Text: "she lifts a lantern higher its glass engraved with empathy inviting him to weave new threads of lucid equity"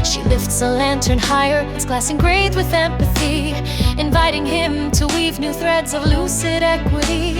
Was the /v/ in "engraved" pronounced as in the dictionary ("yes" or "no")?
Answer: no